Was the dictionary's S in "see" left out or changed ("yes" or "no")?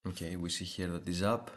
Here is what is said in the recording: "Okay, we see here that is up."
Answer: no